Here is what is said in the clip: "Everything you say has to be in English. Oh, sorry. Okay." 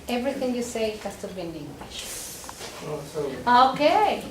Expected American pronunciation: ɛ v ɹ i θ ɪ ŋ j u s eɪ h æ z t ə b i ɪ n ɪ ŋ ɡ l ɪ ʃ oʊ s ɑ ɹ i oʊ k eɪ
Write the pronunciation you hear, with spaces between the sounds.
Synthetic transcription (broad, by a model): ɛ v ɹ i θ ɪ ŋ j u s eɪ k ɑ s t ə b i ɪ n ɪ ŋ ɡ l ɪ ʃ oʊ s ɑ i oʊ k eɪ